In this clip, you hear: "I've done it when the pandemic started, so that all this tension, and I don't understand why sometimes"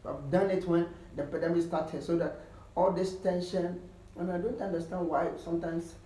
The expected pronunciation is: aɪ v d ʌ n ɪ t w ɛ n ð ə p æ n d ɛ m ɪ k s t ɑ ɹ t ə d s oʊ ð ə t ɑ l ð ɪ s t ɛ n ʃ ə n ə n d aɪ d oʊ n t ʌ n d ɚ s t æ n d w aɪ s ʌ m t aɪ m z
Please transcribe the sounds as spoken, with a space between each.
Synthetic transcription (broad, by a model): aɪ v d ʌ n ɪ t w ɛ n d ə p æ d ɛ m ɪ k s t ɑ t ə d s oʊ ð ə t ɑ l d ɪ s t ɛ n ʃ ə n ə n aɪ d oʊ n t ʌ n d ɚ s t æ n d w aɪ s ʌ m t aɪ m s